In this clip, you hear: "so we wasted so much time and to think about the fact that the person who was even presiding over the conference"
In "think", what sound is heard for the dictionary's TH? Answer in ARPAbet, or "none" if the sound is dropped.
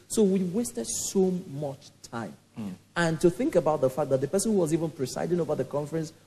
TH